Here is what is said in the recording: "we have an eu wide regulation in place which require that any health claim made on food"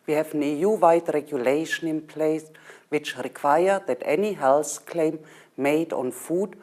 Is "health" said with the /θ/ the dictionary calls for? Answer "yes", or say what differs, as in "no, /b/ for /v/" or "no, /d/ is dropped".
no, /s/ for /θ/